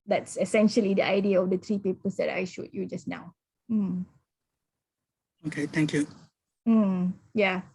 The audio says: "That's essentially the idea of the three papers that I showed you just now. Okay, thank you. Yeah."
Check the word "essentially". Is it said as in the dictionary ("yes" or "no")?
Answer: yes